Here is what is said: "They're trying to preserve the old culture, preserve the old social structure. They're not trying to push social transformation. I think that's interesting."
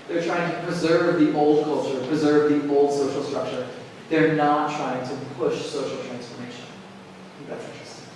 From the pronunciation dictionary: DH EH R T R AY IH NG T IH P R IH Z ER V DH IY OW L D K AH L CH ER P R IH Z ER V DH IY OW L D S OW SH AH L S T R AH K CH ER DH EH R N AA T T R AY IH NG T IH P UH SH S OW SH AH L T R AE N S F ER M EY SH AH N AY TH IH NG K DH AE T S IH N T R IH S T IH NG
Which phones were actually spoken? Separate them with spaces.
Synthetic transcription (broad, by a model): DH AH R T R AY IH NG T IH P R IH Z ER V DH IY OW L D K AH L CH ER P R IH Z ER V DH IY OW L D S OW SH L S T R AH K CH ER DH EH R N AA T T R AY IH NG T IH P UH SH S OW SH L T R AE N S F ER M EY SH AH N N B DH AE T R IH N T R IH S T